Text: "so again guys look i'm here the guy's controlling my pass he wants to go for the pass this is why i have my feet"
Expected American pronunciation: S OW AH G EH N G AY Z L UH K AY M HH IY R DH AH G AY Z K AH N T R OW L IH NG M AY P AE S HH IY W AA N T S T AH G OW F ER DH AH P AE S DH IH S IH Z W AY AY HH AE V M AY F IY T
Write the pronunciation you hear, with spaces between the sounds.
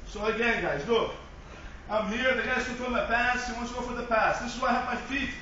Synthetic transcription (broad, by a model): S OW AH G EH N G AY Z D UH AY M HH IY R DH AH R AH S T OW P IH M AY P AE S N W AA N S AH G OW F ER DH AH P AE S DH IH S IH Z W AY AY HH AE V M AY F IY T